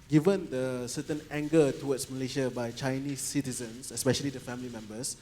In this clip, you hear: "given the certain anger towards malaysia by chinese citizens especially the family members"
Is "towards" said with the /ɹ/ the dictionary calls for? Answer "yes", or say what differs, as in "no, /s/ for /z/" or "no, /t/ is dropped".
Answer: no, /w/ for /ɹ/